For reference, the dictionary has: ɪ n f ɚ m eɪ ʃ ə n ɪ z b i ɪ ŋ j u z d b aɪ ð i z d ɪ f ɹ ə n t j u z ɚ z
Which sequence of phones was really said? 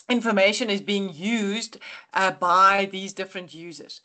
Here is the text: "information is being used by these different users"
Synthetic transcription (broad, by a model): ɪ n f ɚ m eɪ ʃ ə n ɪ z b i ɪ ŋ j u z d b aɪ ð i z d ɪ f ɹ ə n t j u z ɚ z